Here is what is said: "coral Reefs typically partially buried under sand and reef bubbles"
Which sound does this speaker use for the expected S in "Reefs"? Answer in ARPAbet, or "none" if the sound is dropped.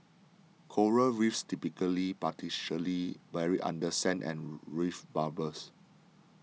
S